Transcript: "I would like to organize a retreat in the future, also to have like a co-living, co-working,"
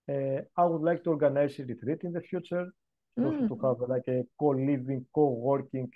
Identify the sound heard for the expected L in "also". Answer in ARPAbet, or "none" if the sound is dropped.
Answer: none